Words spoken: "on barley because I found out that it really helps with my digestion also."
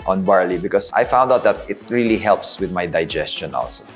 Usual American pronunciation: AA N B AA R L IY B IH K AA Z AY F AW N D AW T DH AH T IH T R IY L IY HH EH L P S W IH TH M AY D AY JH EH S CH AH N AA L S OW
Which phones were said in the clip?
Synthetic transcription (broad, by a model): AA N B AA R L IY B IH K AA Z AY F AW N D AW T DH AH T IH T R IY L IY HH EH L P S W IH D M AY D AY JH EH S CH AH N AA L S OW